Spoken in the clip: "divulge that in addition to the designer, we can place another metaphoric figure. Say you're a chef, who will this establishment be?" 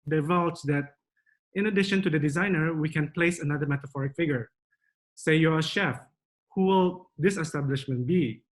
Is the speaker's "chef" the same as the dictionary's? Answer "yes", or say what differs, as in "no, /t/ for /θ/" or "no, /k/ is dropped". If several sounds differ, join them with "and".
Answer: yes